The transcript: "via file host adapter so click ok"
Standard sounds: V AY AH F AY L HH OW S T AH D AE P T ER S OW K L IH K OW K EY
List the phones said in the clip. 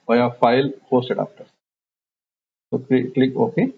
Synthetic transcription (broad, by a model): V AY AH F AY L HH OW S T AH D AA F T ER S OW K L IH K OW K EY